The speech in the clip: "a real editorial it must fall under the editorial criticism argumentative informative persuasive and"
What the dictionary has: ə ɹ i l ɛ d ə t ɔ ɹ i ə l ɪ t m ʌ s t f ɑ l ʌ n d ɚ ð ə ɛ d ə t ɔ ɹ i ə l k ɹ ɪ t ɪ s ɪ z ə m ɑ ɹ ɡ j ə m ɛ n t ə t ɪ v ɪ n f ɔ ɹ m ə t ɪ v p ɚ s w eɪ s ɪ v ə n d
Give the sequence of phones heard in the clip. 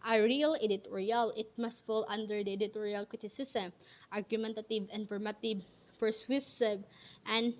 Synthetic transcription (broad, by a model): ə ɹ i l ɛ d ə t ɔ ɹ i ə l ɪ t m ʌ s t f ɑ l ʌ n d ɚ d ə ɛ d ə t ɔ ɹ i ə l k ɹ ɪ t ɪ s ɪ s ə m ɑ ɹ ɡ j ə m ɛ n t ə t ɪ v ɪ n p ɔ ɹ m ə t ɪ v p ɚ s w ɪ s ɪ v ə n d